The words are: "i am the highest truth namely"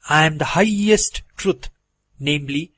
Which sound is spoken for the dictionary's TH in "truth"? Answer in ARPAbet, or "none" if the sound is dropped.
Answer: T